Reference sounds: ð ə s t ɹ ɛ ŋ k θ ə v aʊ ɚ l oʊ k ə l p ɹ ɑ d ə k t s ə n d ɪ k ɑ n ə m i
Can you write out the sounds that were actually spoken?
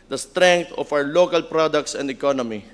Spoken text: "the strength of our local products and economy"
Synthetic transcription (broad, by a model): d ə s t ɹ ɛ ŋ k t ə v aʊ ɚ l oʊ k ə l p ɹ ɑ d ə k t s ə n d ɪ k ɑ n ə m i